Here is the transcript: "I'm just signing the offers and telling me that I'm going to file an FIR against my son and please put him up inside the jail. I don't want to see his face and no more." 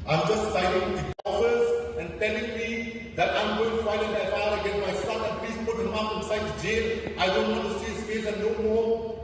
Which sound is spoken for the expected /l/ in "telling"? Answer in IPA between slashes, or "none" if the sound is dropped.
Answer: /n/